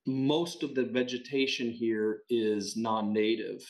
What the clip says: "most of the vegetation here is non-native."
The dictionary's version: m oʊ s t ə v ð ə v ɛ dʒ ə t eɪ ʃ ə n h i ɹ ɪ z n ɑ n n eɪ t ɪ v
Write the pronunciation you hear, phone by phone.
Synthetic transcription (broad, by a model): m oʊ s t ə v ð ə v ɛ dʒ ə t eɪ ʃ ə n h i ɹ ɪ z n ɑ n n eɪ t ɪ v